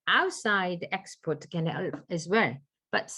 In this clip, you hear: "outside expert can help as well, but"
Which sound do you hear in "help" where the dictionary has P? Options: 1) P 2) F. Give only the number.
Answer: 2